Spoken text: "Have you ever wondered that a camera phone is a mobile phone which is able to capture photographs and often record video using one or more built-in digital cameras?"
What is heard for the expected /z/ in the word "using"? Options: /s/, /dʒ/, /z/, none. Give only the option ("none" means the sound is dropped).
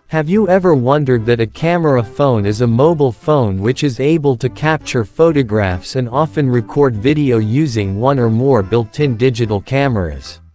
/z/